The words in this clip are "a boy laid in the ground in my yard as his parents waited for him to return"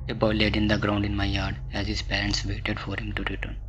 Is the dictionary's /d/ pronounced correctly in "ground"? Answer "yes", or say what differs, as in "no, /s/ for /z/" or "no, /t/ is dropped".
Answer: yes